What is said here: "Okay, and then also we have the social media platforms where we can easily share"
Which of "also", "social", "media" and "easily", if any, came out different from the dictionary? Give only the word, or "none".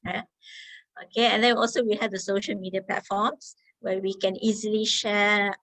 none